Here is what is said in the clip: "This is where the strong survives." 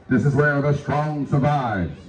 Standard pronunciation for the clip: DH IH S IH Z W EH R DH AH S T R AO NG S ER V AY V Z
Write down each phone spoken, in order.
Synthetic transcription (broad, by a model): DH IH S IH Z W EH R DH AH S T R AO NG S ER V AY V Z